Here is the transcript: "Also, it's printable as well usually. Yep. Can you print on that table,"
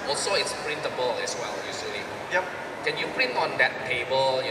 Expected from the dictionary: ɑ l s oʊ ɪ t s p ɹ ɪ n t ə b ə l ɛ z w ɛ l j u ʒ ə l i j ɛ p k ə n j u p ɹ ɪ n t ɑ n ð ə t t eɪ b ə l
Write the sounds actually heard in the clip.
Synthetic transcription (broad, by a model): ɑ l s oʊ ɪ t s p ɹ ɪ n t ə b ə l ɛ s w ɛ l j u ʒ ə l i j ɛ p k ə n j u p ɹ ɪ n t ɑ n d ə t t eɪ b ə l